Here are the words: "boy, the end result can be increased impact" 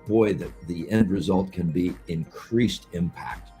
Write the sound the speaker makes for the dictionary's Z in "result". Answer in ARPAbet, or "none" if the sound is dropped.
Z